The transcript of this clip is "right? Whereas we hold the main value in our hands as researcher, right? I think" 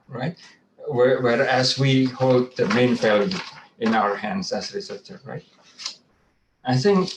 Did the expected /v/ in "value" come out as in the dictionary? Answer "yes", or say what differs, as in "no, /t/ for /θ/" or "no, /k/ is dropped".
no, /f/ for /v/